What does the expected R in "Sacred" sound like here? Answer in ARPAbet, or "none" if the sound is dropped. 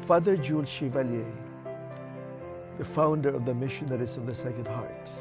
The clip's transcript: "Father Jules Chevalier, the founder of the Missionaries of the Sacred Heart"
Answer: none